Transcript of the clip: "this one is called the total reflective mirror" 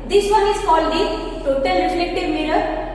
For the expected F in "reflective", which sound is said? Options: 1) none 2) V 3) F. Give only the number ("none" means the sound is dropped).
1